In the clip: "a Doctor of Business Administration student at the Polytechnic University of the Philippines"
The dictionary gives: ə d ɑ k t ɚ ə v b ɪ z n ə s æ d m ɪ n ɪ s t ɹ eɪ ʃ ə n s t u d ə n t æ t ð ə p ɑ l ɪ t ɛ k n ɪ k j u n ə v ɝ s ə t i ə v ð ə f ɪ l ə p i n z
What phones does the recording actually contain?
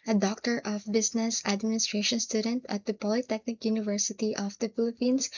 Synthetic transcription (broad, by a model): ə d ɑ k t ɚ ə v b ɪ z n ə s æ d m ɪ n ɪ s t ɹ eɪ ʃ ə n s t u d ə n t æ t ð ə p ɑ l ɪ t ɛ k n ɪ k j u n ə v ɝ s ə t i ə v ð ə f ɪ l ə p i n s